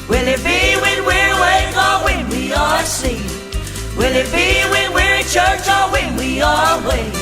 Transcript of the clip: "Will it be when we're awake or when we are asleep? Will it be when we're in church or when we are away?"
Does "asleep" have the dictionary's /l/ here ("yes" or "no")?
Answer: no